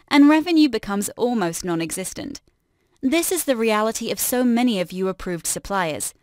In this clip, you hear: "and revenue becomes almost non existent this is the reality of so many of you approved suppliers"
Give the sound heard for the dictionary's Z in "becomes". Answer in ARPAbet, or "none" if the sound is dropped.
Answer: Z